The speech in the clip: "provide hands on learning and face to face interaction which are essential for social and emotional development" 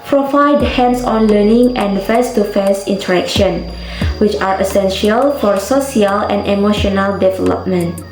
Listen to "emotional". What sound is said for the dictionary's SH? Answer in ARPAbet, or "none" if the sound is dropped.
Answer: SH